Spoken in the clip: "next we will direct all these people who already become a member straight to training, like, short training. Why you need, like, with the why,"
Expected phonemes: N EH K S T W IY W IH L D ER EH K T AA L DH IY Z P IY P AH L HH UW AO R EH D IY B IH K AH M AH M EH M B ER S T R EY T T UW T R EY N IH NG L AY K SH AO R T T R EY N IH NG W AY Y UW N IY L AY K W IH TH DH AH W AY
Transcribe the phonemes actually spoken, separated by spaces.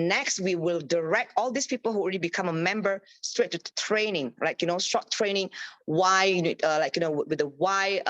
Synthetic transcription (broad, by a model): N EH K S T W IY W IH L D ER EH K T AA L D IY S P IY P AH L HH UW AO R EH D IY B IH K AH M AH M EH M B ER S T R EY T T UW T R EY N IH NG L AY K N AO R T T R EY N IH NG W AY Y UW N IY L AY K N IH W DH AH W AY